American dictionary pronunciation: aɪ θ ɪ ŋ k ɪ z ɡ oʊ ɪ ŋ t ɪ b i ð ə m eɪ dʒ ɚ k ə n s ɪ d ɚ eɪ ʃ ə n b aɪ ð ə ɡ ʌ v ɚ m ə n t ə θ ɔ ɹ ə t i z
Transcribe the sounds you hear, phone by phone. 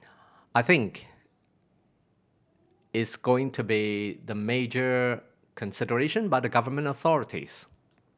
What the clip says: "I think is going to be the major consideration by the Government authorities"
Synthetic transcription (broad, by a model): aɪ θ ɪ ŋ k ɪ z ɡ oʊ ɪ ŋ t ɪ b i ð ə m eɪ dʒ ɚ k ə n s ɪ d ɚ eɪ ʃ ə n b aɪ ð ə ɡ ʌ v ɚ m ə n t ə θ ɔ ɹ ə t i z